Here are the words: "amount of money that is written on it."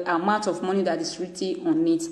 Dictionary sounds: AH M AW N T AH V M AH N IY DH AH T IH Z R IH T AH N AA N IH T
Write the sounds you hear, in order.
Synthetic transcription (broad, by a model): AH M AW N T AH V M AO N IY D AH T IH S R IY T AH AA N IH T